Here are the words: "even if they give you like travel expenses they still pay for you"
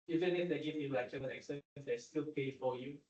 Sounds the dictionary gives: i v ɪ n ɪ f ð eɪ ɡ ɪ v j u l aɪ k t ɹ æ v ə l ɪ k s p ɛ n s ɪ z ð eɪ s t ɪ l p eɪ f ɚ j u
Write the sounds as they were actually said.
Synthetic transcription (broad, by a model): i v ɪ n ɪ f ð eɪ ɡ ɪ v j u l aɪ k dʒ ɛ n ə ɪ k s ɛ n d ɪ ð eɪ s t ɪ l p eɪ f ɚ j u